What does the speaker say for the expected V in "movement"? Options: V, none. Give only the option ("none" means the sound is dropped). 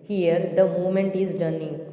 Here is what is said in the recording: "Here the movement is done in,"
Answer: none